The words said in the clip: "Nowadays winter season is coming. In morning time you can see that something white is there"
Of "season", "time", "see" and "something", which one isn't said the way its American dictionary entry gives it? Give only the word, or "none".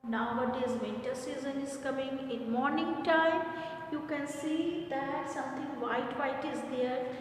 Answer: something